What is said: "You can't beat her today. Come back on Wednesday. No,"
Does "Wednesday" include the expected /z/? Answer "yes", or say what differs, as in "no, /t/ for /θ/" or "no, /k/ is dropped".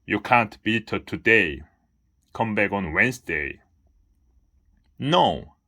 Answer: no, /s/ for /z/